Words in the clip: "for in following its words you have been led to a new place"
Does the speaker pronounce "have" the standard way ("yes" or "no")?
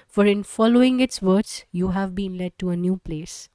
yes